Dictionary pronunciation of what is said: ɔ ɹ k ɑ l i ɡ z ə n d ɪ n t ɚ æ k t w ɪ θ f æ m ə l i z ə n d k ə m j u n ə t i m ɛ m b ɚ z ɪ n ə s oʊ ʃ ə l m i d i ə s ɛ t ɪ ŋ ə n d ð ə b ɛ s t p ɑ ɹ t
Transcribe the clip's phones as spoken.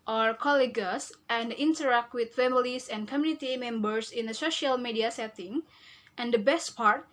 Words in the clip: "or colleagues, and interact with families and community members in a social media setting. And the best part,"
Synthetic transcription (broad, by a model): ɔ ɹ k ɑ l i ɡ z ə n d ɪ n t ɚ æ k t w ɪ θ f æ m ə l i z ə n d k ə m j u n ə t i m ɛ m b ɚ s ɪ n ə s oʊ ʃ ə l m i d i ə s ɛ t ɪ ŋ ə n d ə b ɛ s t p ɑ ɹ t